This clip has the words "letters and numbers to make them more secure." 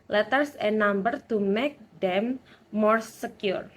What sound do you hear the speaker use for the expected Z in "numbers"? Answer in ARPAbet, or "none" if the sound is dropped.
none